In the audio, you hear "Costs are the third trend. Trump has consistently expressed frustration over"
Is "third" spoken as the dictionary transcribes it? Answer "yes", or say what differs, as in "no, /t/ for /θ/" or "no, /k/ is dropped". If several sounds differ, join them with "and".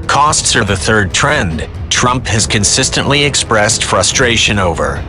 yes